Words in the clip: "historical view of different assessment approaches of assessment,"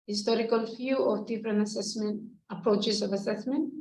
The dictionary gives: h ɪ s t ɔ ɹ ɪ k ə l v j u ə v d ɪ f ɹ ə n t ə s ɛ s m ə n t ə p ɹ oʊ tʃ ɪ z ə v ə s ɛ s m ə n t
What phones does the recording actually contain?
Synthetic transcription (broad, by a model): h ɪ s t ɔ ɹ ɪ k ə l f j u ə v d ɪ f ɹ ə n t ə s ɛ s m ə n t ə p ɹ oʊ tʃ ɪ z ə v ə s ɛ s m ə n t